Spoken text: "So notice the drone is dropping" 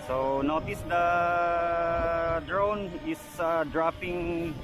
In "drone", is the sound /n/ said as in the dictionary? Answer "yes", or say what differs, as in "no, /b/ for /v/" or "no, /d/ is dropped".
yes